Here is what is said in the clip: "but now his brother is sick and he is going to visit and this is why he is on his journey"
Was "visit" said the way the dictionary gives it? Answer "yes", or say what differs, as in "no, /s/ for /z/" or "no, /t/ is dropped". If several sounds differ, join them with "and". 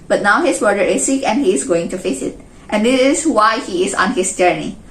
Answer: no, /f/ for /v/ and /s/ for /z/